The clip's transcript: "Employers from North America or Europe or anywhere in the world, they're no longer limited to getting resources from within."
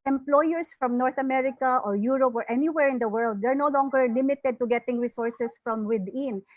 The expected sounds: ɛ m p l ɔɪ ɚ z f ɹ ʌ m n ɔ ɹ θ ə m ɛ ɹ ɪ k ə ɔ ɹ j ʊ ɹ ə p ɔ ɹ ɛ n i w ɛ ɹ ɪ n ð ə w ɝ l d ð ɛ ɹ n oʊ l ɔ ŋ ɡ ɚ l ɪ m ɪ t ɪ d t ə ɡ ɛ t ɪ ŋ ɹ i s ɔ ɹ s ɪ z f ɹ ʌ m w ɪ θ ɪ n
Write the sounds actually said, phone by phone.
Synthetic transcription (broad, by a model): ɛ m p l ɔɪ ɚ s f ɹ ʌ m n ɔ ɹ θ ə m ɛ ɹ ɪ k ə ɔ ɹ j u ɹ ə p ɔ ɹ ɛ n i w ɛ ɹ ɪ n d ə w ɝ l d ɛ ɹ n oʊ l ɔ ŋ ɡ ɚ l ɪ m ɪ t ɪ d t ə ɡ ɛ t ɪ ŋ ɹ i s ɔ ɹ s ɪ s f ɹ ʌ m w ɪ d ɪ n